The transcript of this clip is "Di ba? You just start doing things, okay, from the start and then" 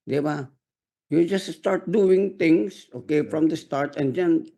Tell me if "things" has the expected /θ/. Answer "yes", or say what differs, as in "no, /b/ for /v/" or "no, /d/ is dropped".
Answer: no, /t/ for /θ/